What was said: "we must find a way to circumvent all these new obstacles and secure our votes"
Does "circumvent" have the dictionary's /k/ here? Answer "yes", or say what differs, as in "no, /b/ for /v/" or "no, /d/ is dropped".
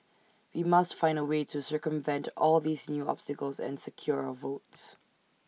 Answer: yes